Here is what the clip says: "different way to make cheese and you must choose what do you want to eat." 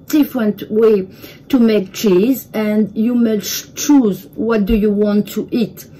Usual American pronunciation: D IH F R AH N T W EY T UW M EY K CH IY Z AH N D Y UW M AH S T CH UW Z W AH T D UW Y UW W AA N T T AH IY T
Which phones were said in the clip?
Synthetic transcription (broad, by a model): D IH F R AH N T W EY T UW M EY K CH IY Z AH N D Y UW M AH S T CH UW Z W AH T D UW Y UW W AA N T T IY T